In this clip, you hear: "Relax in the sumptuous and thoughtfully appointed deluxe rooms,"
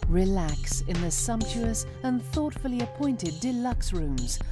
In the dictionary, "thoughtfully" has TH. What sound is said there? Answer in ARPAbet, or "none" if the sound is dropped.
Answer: TH